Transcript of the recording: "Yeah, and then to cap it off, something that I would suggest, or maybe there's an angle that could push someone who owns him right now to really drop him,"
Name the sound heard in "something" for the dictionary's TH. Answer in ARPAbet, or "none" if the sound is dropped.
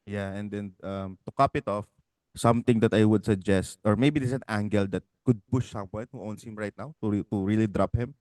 T